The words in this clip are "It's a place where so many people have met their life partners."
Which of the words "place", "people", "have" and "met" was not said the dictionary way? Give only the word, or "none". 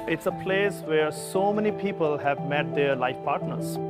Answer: none